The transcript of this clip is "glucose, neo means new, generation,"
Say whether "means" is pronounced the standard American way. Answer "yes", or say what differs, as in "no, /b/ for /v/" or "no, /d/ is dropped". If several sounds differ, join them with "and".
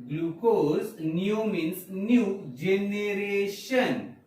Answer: no, /s/ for /z/